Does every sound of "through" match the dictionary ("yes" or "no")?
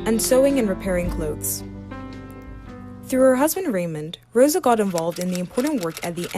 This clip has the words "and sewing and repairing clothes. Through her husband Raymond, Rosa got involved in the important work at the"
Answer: yes